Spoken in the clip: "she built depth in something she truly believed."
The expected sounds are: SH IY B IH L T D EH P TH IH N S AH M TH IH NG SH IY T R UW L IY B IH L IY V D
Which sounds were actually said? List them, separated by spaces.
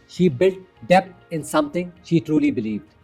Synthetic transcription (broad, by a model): SH IY B IH L T D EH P T IH N S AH M T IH NG SH IY T R UW L IY B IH L IY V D